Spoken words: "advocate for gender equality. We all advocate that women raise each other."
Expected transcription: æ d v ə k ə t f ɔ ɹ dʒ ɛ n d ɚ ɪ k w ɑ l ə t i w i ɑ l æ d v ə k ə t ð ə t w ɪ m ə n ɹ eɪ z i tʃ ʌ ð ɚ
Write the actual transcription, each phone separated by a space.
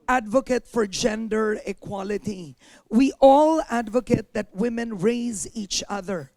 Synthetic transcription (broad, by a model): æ d v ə k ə t f ɔ ɹ dʒ ɛ n d ɚ ɪ k w ɑ l ə t i w i ɑ l æ d v ə k ə t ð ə t w ɪ m ə n ɹ eɪ z i tʃ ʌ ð ɚ